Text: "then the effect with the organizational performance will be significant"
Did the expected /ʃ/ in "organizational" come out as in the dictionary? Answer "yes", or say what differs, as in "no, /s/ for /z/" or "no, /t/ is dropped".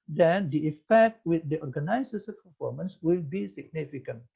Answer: no, /s/ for /ʃ/